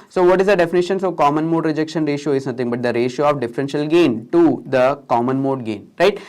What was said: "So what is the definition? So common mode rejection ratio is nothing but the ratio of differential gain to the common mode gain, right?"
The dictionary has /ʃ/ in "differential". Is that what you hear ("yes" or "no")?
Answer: yes